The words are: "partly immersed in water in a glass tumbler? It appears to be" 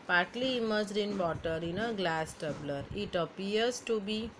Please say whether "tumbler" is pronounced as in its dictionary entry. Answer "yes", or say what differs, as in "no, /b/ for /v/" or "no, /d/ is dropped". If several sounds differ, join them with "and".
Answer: no, /m/ is dropped